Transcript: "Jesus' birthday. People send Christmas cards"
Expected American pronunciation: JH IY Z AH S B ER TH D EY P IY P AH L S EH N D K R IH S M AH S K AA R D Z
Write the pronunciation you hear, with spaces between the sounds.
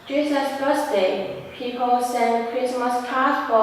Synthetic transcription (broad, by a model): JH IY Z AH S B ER S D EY P IY P AH L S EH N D K R IH S M AH S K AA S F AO